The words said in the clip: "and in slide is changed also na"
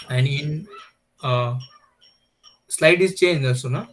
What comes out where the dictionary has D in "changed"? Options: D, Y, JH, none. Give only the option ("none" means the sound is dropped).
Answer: none